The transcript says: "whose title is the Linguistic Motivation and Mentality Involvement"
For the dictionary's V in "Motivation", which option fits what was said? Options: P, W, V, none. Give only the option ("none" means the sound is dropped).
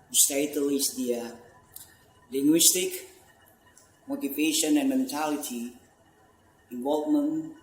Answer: P